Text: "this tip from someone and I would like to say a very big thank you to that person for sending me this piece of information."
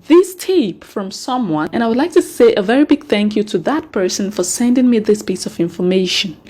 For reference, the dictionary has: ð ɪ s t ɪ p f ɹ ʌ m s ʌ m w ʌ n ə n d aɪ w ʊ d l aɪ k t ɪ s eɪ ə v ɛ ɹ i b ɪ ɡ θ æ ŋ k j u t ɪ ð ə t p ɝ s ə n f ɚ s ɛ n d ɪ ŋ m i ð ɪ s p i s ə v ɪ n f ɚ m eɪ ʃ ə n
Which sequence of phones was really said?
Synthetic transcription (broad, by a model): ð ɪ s t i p f ɹ ʌ m s ʌ m w ʌ n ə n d aɪ w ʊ d l aɪ k t ɪ s eɪ ə v ɛ ɹ i b ɪ ɡ θ æ ŋ k j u t ɪ ð ə t p ɝ s ə n f ɚ s ɛ n d ɪ ŋ m i ð ɪ s p i s ə v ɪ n f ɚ m eɪ ʃ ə n